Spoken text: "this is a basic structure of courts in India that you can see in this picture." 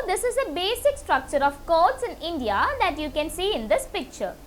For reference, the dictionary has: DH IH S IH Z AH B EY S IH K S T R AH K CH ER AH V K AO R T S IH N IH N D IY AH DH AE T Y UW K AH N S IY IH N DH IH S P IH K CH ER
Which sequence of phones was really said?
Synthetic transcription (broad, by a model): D IH S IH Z AH B EY S IH K S T R AH K CH ER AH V K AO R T S IH N IH N D IY AH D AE T Y UW K AH N S IY IH N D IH S P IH K CH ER